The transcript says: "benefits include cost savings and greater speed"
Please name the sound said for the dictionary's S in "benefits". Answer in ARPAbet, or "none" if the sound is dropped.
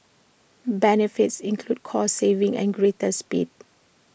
S